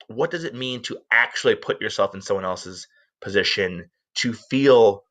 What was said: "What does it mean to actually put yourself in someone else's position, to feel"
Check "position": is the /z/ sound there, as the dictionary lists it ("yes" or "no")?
yes